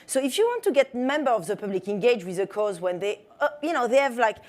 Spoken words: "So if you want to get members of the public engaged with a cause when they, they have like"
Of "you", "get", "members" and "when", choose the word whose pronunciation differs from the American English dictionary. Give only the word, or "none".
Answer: members